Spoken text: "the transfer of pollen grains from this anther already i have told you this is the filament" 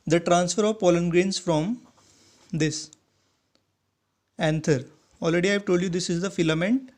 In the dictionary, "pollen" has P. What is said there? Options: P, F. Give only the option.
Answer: P